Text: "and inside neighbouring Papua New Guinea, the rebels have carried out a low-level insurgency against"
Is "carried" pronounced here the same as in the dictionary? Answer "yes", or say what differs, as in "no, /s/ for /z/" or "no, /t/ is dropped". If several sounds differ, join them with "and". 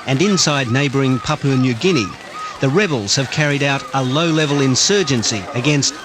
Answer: yes